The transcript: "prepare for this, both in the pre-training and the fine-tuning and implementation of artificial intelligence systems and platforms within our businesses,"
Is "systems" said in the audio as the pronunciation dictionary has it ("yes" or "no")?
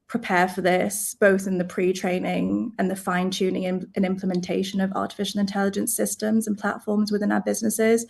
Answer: yes